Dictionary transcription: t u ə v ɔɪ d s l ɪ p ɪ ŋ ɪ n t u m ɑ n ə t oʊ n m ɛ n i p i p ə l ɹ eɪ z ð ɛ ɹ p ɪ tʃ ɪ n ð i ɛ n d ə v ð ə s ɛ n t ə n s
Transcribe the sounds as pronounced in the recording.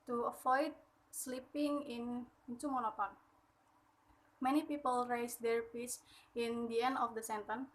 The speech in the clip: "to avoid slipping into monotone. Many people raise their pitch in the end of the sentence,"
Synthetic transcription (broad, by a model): t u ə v ɔɪ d s l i p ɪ ŋ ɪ n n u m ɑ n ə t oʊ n m ɛ n i p i p ə l ɹ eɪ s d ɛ ɹ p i s ɪ n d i ɛ n d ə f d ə s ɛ n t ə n